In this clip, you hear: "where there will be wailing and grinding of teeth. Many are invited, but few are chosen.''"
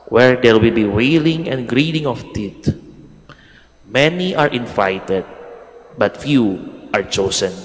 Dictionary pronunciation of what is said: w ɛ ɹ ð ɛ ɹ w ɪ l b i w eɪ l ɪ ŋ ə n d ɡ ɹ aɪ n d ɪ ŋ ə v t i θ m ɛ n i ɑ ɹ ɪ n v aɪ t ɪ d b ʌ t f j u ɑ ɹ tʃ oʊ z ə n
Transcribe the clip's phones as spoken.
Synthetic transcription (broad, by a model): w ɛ ɹ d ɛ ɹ w ɪ l b i w eɪ l ɪ ŋ ə n d ɡ ɹ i d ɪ ŋ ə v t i t m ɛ n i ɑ ɹ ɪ n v aɪ t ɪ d b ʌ t f j u ɑ ɹ tʃ oʊ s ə n